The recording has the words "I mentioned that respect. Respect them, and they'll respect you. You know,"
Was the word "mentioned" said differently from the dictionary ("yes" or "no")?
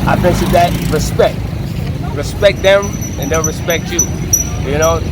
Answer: yes